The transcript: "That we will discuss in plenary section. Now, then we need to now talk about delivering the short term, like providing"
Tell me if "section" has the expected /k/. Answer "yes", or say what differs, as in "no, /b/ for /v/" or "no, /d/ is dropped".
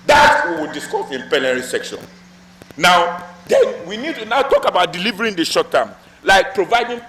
yes